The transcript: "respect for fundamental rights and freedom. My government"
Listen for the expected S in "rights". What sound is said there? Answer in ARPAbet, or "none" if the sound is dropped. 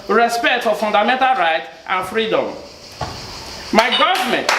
none